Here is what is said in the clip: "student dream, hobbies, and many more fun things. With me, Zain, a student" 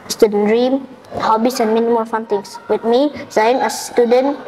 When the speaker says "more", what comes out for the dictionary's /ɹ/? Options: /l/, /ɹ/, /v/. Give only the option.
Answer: /l/